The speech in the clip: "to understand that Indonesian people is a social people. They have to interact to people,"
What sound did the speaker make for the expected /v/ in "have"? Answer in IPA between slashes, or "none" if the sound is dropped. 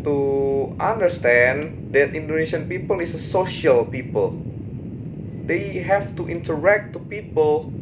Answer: /f/